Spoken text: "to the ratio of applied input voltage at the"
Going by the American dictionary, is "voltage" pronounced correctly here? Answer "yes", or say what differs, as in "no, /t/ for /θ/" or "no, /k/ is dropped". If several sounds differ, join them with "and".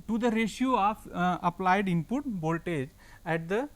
no, /b/ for /v/